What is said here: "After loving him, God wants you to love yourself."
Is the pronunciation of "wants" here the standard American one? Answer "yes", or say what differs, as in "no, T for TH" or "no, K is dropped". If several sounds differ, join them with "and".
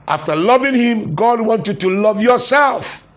no, S is dropped